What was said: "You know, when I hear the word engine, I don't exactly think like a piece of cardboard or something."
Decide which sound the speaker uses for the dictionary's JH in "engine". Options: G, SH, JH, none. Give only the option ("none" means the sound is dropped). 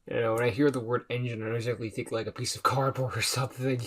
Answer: JH